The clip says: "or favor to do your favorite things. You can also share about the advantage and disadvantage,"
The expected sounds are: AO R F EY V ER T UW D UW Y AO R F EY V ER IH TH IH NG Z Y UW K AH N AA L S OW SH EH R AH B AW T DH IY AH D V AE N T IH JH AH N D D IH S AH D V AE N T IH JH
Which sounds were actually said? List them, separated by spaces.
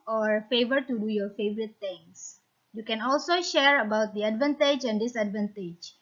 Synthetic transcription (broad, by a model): AO R F EY V ER T UW D UW Y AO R F EY V ER IH T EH NG S Y UW K AH N AA L S OW SH EH R AH B AW T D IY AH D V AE N T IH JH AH N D D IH S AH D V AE N T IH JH